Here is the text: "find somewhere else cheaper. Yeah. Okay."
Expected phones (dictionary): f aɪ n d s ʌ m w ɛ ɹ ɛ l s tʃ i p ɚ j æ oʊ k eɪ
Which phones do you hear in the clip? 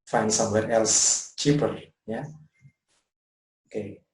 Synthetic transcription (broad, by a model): f aɪ n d s ʌ m w ɛ ɹ ɛ l s tʃ i p ɚ j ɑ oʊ k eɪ